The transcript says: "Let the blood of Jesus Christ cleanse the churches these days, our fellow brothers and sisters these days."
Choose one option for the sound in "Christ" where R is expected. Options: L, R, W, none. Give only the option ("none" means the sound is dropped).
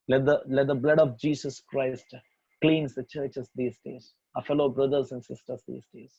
R